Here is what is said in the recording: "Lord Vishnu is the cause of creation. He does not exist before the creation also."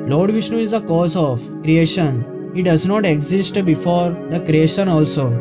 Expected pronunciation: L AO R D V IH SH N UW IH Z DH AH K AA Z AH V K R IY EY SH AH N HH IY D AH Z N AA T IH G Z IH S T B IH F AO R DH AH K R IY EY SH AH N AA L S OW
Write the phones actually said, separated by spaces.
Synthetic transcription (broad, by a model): L AO R D V IH SH N UW IH Z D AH K AA Z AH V K R IY EY SH AH N HH IY D AH Z N AA T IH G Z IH S T B IH F AO R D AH K R IY EY SH AH N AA L S OW